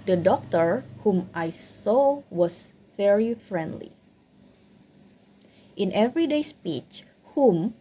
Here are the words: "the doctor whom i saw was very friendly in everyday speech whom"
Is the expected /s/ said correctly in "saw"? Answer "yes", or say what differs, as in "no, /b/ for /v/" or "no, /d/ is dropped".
yes